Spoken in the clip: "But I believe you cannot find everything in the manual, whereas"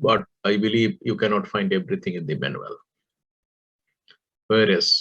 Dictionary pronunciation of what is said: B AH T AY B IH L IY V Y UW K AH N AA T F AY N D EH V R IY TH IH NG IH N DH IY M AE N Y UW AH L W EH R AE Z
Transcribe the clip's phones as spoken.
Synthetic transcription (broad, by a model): B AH T AY B IH L IY V Y UW K AH N AA T F AY N D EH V R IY T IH NG IH N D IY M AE N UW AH L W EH R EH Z